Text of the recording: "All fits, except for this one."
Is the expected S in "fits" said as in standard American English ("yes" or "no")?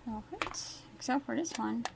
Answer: no